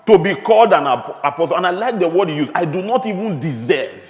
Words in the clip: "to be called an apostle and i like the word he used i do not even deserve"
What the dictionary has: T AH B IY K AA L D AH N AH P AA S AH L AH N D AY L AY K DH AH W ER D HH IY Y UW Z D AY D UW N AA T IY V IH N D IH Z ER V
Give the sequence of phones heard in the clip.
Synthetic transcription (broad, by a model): T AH B IY K AA L D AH N AH P AA S AH L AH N AY L AY K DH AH W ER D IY Y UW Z AY D UW N AA T IY V IH N D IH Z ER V